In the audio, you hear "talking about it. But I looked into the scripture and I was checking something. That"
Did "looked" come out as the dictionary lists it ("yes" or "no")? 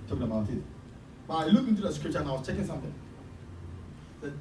no